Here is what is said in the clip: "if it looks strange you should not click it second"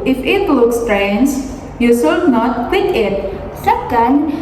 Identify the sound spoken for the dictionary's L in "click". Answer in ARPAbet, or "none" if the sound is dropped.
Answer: W